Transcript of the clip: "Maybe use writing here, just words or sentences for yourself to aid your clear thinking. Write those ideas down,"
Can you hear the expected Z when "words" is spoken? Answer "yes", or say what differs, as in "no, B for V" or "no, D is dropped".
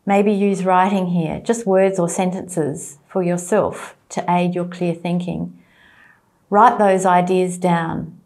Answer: yes